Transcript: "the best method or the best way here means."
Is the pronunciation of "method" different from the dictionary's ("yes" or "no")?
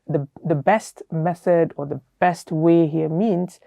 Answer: no